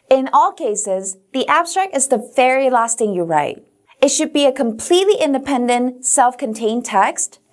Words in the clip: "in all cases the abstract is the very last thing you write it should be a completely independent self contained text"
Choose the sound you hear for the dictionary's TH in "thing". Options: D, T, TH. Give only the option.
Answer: T